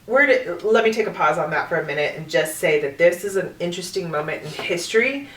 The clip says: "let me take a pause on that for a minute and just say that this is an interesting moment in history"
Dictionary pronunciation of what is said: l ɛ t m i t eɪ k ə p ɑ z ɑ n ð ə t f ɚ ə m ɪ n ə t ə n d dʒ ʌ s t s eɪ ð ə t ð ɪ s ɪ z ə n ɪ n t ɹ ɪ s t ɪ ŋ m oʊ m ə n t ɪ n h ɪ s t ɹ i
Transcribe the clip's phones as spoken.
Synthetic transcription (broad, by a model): l ɛ t m i t eɪ k ə p ɑ z n ð ə t f ɚ ə m ɪ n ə t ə n dʒ ʌ s t s eɪ ð ə t ð ɪ s ɪ z ə n ɪ n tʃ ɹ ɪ s t ɪ ŋ m oʊ m ə n t ɪ n h ɪ s t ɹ i